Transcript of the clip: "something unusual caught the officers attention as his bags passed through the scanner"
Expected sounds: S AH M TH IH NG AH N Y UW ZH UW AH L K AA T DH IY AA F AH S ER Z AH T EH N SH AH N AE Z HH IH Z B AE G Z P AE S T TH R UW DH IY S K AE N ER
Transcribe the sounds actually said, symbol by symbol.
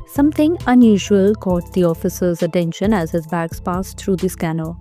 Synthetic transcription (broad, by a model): S AH M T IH NG AH N Y UW ZH UW AH L K AA T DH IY AA F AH S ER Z AH T EH N SH AH N AE Z HH IH Z B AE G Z P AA S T T R UW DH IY S K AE N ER